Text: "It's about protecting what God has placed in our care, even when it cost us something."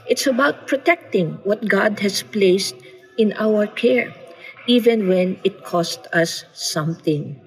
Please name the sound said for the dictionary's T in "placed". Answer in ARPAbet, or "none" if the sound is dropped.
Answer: T